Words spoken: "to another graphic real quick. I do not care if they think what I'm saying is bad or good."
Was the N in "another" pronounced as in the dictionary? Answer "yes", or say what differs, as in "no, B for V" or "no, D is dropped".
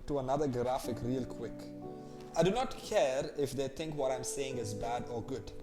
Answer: yes